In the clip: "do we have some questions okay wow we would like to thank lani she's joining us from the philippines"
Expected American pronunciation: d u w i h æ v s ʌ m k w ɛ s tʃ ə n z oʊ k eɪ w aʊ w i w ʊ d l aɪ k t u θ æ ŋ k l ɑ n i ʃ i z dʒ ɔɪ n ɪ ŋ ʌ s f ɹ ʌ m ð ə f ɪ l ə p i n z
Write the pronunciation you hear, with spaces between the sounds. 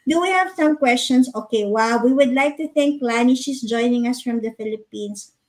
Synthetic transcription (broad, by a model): d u w i h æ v s ʌ m k w ɛ s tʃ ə n s oʊ k eɪ w aʊ w i w ʊ d l aɪ k t u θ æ ŋ k l ɑ n i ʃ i s dʒ ɔɪ n ɪ ŋ ʌ s f ɹ ʌ m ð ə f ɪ l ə p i n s